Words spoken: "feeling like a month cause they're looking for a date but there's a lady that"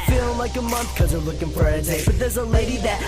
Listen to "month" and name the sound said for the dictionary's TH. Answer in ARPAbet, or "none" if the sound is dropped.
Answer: TH